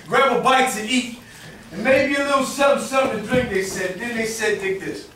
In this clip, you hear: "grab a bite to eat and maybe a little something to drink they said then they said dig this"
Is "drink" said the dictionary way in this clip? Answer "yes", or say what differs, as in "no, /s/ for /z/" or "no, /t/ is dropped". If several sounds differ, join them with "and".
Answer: yes